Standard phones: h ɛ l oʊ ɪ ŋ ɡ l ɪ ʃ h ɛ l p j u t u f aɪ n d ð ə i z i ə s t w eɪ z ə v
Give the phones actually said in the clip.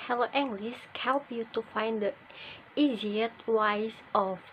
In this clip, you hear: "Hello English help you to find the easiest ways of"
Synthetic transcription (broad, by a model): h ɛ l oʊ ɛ ŋ ɡ l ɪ s h ɛ l p j u t u f aɪ n d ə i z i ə t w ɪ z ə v